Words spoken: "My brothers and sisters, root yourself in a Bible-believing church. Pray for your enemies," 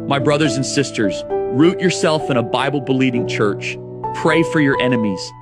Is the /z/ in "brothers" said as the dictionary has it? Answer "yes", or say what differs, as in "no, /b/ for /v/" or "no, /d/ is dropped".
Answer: yes